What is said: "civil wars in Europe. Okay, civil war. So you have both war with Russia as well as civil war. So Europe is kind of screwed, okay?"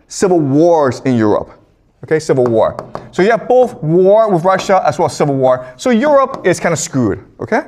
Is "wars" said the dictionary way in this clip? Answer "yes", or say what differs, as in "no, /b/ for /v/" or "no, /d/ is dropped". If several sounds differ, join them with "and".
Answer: yes